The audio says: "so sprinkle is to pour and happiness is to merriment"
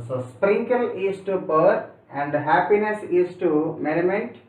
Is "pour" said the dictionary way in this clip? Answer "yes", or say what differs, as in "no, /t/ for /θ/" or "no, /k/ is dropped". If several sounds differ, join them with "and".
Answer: no, /b/ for /p/